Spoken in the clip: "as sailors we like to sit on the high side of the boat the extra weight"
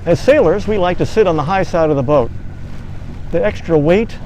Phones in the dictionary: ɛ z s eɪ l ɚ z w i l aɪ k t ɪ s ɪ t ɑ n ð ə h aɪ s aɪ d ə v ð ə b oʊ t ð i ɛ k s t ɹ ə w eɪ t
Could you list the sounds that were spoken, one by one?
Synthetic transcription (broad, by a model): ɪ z s eɪ l ɚ z w i l aɪ k t ɪ s ɪ t n ð ə h aɪ s aɪ d ə v ð ə b oʊ t ð i ɛ k s t ɹ ə w eɪ t